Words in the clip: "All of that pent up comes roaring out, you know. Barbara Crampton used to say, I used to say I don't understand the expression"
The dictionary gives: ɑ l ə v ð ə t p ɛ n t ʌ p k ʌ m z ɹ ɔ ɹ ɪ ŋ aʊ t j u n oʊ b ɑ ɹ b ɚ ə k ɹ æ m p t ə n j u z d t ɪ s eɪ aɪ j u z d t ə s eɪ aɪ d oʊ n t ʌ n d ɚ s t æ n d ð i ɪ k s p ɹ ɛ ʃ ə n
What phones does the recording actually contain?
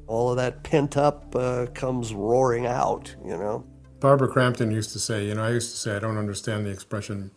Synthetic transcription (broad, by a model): ɑ l ə v ð ə t p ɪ n t ʌ p k ʌ m z ɹ ɔ ɹ ɪ ŋ aʊ t j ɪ n oʊ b ɑ ɹ b ɚ k ɹ æ m p t ə n j u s t ɪ s eɪ aɪ j u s t ə s eɪ aɪ d oʊ n t ʌ n d ɚ s t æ n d ð i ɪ k s p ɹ ɛ ʃ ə n